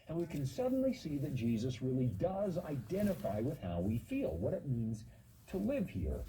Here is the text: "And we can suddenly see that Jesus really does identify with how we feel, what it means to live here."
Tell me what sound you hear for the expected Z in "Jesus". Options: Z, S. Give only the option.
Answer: Z